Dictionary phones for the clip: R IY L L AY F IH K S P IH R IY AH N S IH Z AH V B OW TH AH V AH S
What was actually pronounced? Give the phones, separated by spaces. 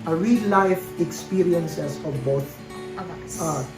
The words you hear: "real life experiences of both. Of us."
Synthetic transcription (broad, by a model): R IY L L AY F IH K S P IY R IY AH N S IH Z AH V B OW T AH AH